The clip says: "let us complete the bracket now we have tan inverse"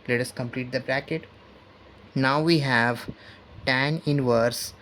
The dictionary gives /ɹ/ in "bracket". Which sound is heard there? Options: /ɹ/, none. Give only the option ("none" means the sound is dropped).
/ɹ/